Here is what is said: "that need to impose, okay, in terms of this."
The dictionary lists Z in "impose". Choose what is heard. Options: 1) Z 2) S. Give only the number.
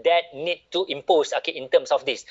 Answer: 2